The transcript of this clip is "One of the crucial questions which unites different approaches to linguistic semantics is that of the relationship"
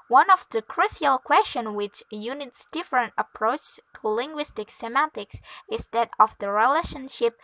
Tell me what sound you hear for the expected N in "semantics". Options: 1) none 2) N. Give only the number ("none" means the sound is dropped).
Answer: 1